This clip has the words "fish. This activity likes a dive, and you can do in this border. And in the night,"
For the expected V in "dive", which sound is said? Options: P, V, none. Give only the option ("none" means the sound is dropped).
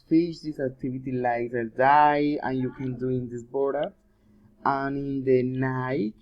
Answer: none